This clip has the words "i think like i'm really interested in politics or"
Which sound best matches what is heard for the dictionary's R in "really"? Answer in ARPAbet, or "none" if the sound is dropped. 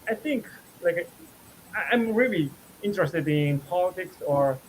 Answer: R